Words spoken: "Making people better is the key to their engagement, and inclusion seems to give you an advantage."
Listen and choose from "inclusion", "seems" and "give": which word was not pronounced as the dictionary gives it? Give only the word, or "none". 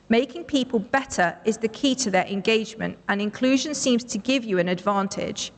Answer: none